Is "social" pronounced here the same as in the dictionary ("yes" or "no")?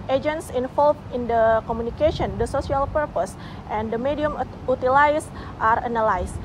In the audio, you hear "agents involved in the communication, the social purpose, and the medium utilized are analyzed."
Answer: no